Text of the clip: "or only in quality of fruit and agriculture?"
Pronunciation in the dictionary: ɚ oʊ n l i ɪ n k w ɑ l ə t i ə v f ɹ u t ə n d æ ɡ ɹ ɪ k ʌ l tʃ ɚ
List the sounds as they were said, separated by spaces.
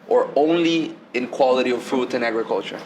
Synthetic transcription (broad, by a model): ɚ oʊ n l i ɪ n k w ɑ l ə t i ə v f u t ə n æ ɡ ɹ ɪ k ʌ l tʃ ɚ